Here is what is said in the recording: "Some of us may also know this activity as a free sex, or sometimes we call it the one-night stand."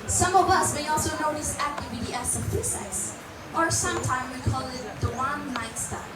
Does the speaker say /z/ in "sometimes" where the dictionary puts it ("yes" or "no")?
no